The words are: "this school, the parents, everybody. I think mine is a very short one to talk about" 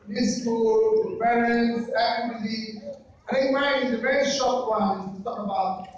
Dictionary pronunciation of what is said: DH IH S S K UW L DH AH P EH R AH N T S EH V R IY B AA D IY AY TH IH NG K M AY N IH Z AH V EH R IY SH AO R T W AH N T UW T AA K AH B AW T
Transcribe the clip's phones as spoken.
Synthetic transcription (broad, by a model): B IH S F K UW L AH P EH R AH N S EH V L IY AA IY TH IH NG K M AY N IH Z AH V EH R IY SH AO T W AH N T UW T AA K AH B AW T